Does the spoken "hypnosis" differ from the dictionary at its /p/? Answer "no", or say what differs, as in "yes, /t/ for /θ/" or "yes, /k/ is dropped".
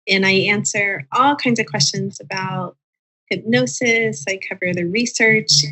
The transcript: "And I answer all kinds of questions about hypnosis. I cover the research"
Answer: yes, /b/ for /p/